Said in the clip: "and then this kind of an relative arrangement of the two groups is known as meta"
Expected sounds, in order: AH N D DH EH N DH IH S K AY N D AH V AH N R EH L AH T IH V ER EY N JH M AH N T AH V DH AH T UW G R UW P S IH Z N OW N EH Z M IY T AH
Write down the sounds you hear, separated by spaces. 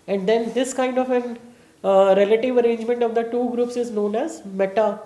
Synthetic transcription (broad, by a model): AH N D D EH N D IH S K AY N D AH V AH N R EH L AH T IH V ER EY N JH M AH N T AH V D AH T UW G R UW P S IH Z N OW N EH Z M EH T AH